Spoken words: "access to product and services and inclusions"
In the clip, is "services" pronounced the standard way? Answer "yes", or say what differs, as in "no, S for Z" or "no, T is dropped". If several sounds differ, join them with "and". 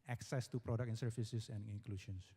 no, S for Z